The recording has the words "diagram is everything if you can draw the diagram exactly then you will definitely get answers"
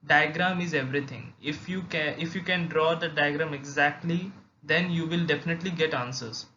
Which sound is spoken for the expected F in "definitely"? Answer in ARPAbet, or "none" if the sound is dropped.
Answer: F